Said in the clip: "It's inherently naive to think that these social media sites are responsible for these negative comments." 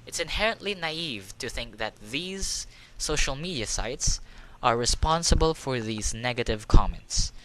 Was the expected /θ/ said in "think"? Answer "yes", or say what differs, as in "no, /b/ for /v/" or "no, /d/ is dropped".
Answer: yes